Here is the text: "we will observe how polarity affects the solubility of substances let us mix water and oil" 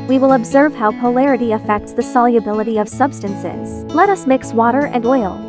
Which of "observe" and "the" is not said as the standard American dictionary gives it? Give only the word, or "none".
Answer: none